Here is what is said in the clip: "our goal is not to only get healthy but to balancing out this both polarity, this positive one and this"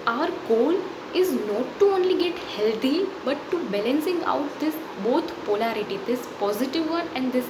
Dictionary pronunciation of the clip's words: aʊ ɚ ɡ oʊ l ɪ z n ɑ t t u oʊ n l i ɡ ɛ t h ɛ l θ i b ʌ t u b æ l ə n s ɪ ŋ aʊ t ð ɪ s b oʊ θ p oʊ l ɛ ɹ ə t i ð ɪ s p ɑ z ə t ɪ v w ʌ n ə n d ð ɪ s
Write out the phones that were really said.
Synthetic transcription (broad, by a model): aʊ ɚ ɡ oʊ l ɪ z n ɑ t t u oʊ n l i ɡ ɛ t h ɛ l t i b ʌ t u b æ l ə n s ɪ ŋ aʊ t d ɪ s b oʊ t p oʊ l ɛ ɹ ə t i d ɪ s p ɑ z ə t ɪ v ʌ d ə n d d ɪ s